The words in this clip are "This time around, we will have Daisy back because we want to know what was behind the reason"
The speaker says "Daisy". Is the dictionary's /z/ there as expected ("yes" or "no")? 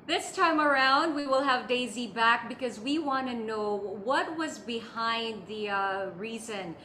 yes